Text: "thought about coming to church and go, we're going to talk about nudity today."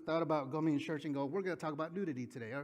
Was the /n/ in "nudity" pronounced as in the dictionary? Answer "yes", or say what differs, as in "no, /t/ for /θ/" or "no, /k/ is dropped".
no, /l/ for /n/